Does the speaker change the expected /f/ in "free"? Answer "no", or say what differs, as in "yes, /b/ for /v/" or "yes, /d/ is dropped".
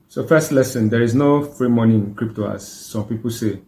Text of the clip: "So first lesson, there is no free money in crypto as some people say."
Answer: no